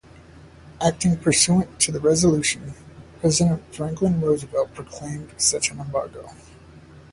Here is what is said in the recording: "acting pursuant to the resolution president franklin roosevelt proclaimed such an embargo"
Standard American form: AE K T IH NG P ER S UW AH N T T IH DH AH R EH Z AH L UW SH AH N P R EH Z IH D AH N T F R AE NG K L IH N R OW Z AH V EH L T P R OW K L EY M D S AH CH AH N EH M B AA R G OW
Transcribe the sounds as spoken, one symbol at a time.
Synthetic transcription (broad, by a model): AE K T IH NG P ER S UW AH N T T IH DH AH R EH Z AH L UW SH AH N P R EH Z IH D AH N T F R AE NG K L IH N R OW Z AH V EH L P R OW K L EY M D S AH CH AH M EH M B AA R G OW